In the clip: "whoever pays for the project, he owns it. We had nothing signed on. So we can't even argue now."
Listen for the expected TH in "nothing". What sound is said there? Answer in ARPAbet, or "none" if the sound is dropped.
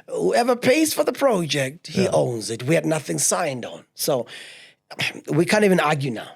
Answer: TH